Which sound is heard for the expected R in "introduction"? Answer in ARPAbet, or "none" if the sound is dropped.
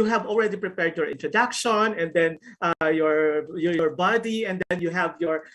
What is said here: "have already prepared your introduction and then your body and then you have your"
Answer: R